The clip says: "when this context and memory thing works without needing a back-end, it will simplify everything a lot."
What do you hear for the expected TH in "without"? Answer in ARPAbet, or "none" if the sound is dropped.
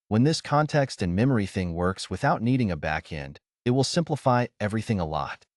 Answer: TH